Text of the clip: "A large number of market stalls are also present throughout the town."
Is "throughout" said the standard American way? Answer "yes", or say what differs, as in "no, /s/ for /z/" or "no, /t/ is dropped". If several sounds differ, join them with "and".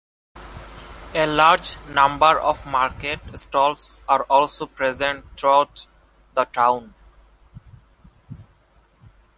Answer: no, /t/ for /θ/